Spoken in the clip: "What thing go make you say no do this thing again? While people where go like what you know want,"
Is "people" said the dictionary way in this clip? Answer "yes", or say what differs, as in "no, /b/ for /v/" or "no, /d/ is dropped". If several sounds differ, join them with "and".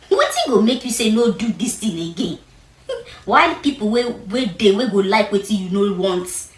no, /w/ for /l/